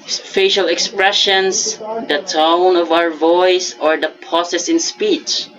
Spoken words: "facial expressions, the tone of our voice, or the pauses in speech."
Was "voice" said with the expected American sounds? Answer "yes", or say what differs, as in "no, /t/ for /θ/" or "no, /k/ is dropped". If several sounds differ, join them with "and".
yes